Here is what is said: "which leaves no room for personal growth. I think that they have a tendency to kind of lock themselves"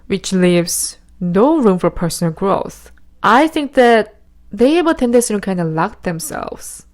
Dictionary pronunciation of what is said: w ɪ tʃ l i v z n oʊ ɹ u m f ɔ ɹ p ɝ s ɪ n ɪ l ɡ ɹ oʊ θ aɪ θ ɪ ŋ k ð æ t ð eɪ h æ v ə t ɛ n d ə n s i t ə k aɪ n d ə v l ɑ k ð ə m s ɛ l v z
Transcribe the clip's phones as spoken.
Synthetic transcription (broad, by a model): w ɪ tʃ l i v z n oʊ ɹ u m f ɔ ɹ p ɝ s ɪ n ɪ l ɡ ɹ oʊ θ aɪ θ ɪ ŋ k ð æ t ð eɪ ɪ w ə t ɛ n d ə s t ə k aɪ n d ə l ɑ k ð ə m s ɛ l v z